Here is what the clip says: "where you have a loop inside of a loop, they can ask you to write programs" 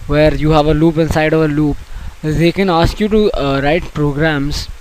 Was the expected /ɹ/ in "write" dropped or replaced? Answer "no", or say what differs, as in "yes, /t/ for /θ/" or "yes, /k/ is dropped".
no